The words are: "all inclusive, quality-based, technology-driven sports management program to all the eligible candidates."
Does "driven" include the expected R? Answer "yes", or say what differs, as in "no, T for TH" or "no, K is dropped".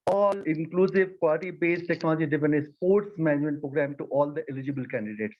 no, R is dropped